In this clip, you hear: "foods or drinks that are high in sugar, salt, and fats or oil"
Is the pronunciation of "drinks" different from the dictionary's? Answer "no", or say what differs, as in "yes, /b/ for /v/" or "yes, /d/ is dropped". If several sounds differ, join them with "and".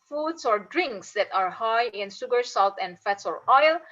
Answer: no